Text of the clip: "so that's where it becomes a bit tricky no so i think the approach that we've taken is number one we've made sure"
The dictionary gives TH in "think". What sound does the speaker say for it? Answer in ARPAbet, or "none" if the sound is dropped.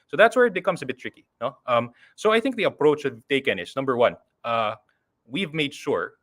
TH